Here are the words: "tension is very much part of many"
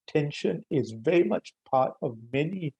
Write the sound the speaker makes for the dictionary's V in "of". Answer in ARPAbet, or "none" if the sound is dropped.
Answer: V